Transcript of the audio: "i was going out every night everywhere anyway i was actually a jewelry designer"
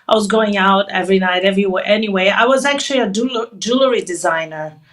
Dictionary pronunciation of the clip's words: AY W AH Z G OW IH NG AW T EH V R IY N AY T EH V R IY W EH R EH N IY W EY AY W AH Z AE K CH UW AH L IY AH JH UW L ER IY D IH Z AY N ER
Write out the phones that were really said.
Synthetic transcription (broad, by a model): AY W AH Z G OW IH NG AW T EH V R IY N AY T EH V R IY W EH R EH N IY W EY AY W AH Z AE K CH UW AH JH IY AH JH UW L ER IY D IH Z AY N ER